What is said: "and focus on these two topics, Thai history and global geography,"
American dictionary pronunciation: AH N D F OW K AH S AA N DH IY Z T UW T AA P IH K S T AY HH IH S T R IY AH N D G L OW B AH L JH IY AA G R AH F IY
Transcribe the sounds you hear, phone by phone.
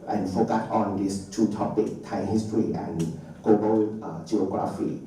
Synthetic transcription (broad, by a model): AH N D F OW K AH S AA N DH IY S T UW T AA P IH K T AY HH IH S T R IY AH N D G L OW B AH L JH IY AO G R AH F IY